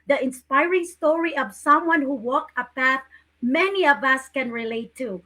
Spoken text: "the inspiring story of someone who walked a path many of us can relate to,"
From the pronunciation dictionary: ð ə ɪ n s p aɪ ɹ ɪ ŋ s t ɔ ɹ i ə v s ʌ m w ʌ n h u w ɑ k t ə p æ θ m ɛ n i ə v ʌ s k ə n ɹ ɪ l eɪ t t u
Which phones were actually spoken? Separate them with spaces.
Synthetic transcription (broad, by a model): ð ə ɪ n s p aɪ ɹ ɪ ŋ s t ɔ ɹ i ə v s ʌ m w ʌ n h u w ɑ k ə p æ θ m ɛ n i ə v ʌ s k ə n ɹ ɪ l eɪ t t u